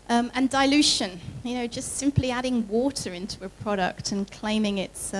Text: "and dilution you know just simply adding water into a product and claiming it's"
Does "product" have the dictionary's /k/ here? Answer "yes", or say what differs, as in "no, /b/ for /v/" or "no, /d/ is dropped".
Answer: yes